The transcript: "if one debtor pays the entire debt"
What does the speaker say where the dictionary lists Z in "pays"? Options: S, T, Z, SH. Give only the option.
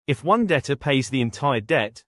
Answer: Z